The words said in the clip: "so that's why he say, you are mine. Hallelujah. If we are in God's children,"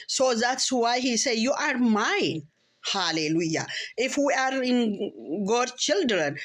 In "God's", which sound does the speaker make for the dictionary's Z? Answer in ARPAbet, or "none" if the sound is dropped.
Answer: none